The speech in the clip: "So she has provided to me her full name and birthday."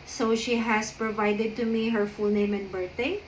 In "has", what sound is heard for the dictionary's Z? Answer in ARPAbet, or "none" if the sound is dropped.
S